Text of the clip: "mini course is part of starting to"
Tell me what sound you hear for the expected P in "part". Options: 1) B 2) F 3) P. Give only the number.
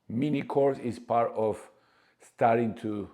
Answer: 3